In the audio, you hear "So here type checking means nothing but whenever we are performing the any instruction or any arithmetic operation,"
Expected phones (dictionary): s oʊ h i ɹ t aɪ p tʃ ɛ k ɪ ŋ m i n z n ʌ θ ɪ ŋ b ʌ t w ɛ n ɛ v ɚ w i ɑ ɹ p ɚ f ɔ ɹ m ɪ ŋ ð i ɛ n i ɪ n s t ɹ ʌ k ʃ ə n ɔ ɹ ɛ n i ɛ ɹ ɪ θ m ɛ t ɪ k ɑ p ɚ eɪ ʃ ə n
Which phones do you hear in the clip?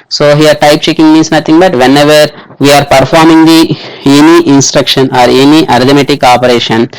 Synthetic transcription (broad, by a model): s oʊ h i ɹ t aɪ p tʃ ɛ k ɪ ŋ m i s n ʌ t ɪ ŋ b ʌ t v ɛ n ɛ v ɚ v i ɑ ɹ p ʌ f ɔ ɹ m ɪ ŋ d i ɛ n i ɪ n s t ɹ ʌ k ʃ ə n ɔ ɹ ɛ n i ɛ ɹ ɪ t m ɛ t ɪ k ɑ p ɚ eɪ ʃ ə n